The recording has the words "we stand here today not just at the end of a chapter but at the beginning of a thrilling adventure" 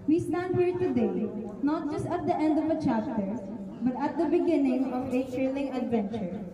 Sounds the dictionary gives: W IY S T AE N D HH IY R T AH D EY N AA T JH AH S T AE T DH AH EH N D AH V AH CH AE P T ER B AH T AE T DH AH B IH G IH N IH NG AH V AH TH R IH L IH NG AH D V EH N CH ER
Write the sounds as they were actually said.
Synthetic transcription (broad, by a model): W IY S T AE N D HH IY R T AH D EY N AA T JH AH S T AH T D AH EH N D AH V AH CH AE P T ER B AH T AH T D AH B IH G IH N IH NG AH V AH T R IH L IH NG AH D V EH N CH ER